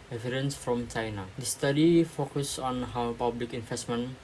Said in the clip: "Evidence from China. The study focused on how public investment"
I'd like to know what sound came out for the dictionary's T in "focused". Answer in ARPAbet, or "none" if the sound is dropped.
none